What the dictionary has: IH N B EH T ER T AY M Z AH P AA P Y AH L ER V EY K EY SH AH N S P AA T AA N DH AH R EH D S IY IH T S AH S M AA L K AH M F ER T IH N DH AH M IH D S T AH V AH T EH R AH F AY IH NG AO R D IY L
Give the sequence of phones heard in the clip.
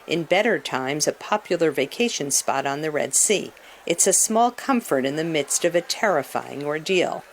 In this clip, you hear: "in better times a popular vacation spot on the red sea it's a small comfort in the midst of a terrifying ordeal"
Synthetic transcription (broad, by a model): IH N B EH T ER T AY M Z AH P AA P Y L ER V EY K EY SH AH N S P AA T N DH AH R EH D S IY IH T S AH S M AA L K AH M F ER T IH N DH AH M IH D S T AH V AH T EH R AH F AY IH NG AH R D IY L